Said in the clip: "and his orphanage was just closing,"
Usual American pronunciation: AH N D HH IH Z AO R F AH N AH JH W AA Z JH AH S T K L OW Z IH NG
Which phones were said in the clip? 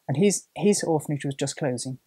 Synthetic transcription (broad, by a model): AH N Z HH IH Z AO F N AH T W AA Z JH AH S K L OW Z IH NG